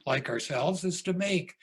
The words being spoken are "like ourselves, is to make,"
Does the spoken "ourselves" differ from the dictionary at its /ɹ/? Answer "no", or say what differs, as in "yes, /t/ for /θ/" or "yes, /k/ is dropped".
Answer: no